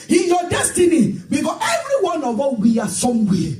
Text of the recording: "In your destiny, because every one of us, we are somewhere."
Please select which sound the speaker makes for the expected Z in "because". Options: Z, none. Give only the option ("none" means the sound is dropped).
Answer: none